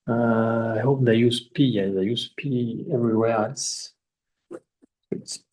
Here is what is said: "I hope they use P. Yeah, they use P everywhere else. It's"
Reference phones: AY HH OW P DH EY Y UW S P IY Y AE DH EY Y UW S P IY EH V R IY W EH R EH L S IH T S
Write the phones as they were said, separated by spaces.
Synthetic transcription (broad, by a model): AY HH OW P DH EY Y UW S P IY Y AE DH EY Y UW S P IY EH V R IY W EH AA S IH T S